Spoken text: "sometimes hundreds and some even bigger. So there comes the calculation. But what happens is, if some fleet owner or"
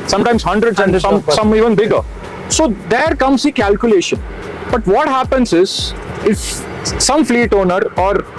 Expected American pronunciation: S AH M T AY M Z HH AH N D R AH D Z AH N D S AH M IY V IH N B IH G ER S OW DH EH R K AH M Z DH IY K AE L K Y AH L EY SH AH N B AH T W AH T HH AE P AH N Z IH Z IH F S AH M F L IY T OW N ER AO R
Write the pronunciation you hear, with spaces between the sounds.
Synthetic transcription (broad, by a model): S AH M T AY M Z HH AH N D R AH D S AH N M S AH M IY V IH N B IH G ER S OW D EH R K AH M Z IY K AE L K Y AH L EY SH AH N B AH T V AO T HH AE P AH N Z IH Z IH F S AH M F L IY T OW N ER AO R